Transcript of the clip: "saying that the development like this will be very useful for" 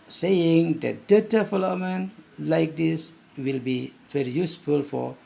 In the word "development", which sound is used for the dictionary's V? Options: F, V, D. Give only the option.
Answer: F